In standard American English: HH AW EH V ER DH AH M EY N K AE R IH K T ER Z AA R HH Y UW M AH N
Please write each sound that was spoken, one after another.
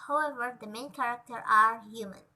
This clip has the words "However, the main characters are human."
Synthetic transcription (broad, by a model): HH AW EH V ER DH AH M EY N K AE R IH K T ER AA R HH Y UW M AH N